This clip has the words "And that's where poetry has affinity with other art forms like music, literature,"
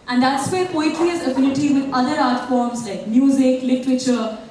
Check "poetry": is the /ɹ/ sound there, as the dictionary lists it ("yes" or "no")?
no